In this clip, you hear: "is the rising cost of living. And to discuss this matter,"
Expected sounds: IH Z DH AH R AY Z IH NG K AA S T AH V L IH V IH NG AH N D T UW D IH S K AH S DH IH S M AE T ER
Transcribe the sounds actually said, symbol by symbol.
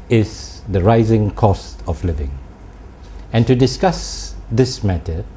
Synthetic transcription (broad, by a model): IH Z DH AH R AY Z IH NG K AA S T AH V L IH V IH NG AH N T UW D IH S K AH S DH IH S M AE T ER